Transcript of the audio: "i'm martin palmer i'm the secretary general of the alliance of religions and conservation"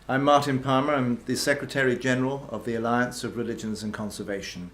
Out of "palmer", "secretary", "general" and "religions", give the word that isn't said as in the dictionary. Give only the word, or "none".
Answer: none